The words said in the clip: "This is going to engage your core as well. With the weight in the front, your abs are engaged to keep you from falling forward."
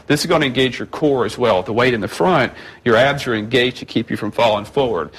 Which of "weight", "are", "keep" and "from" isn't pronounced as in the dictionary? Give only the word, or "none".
none